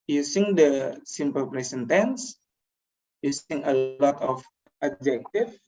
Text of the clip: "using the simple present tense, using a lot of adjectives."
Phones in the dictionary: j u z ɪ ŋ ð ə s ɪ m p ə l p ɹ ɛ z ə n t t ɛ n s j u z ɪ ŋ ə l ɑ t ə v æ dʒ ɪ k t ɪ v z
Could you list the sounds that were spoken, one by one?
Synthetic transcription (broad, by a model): j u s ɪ ŋ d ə s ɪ m p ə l p ɹ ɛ s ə n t t ɛ n s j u s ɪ ŋ ə l ɑ t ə f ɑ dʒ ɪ k t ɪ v